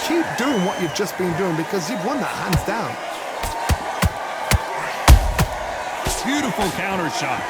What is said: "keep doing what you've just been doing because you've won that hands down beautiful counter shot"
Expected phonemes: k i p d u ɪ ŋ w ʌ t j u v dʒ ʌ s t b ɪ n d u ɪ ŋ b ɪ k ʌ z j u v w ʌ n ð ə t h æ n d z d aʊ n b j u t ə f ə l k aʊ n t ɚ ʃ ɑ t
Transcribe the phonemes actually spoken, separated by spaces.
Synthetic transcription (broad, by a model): k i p d u ɪ ŋ w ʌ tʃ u v dʒ ʌ s b ɪ n d u ɪ ŋ b ɪ k ʌ z j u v w ʌ n ð ə t h æ n d z d aʊ n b j u t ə f l k aʊ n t ɚ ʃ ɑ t